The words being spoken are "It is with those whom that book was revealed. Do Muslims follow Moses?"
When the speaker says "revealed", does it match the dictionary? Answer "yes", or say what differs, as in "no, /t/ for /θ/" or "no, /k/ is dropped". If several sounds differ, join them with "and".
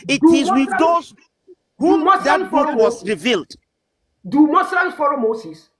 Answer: yes